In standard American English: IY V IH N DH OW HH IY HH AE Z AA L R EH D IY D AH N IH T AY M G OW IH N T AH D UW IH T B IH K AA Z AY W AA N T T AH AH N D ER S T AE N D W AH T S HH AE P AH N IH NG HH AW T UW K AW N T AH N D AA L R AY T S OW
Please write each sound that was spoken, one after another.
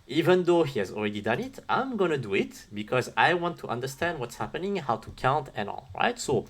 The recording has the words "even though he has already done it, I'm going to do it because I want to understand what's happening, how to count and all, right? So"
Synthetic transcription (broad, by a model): IY V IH N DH OW HH IY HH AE Z AA L R EH D IY D AH N IH T AY M G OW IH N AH D UW IH T B IH K AA Z AY W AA N T T AH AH N D ER S T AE N D W AH T S HH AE P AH N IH NG HH AW T UW K AW N T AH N AA L R AY T S OW